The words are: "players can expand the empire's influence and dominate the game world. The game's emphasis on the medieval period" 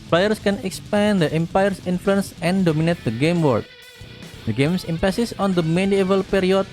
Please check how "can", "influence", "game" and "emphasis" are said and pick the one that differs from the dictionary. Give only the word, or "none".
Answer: emphasis